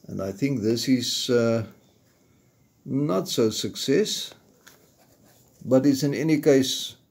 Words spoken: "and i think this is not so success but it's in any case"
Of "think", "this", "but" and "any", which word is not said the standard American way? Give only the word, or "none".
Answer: none